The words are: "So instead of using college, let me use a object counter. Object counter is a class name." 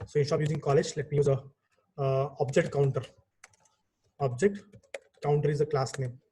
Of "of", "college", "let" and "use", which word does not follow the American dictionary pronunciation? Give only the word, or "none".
of